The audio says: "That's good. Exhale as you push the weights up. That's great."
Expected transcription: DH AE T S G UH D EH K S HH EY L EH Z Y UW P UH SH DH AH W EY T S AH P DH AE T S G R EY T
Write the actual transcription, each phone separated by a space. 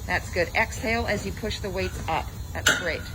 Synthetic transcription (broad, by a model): DH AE T S G UH D EH K S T EY L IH Z Y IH P UH SH DH AH W EY T S AH P DH AE T S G R EY T